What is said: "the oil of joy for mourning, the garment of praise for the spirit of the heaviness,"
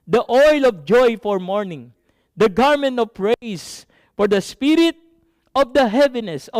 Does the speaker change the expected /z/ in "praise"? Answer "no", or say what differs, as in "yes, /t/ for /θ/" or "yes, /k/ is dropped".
yes, /s/ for /z/